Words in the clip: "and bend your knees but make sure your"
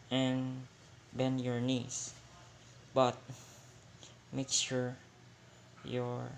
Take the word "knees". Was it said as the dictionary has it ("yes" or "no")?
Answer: no